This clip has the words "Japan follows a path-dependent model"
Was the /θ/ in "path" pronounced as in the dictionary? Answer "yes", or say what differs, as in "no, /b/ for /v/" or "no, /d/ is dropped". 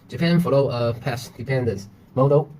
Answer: no, /s/ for /θ/